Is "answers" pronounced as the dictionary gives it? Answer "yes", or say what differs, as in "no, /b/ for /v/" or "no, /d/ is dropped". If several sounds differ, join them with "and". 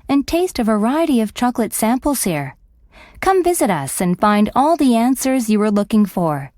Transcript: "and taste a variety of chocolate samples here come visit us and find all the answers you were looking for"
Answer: yes